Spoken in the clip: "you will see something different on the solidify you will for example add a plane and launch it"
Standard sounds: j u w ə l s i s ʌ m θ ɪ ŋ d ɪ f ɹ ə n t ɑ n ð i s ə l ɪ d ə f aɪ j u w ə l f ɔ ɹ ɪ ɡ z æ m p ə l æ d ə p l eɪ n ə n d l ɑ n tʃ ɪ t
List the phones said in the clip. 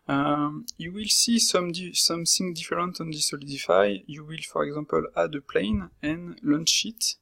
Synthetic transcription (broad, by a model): j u w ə l s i s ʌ m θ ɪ ŋ d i f ɹ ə n t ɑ n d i s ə l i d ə f aɪ j u w ə l f ɔ ɹ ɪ ɡ z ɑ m p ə l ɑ d ə p l eɪ n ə n l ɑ n ʃ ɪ t